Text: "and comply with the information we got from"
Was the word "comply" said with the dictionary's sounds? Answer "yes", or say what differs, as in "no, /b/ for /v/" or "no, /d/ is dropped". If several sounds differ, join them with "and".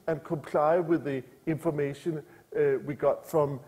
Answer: yes